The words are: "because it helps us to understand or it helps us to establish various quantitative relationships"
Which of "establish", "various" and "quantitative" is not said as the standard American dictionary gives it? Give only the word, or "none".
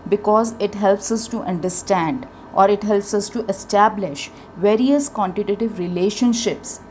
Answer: none